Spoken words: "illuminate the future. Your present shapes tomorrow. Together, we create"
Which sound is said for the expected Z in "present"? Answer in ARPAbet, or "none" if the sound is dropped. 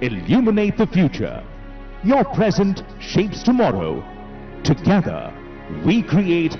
Z